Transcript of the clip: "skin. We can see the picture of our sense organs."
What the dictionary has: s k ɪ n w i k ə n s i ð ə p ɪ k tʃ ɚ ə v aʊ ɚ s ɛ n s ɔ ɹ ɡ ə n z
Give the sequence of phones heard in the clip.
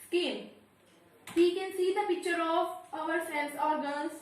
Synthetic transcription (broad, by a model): s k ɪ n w i k ə n s i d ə p ɪ k tʃ ɚ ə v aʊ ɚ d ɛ l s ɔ ɹ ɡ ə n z